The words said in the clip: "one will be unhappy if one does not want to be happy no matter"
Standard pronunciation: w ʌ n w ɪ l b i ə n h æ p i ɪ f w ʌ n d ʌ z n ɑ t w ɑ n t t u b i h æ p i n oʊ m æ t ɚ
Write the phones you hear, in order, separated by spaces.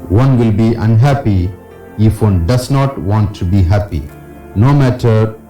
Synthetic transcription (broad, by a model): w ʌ n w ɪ l b i ə n h æ p i ɪ f w ʌ n d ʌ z n ɑ t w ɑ n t t u b i h æ p i n oʊ m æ t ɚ